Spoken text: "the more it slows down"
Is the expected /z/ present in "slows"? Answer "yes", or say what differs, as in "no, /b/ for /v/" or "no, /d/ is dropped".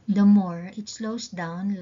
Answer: no, /s/ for /z/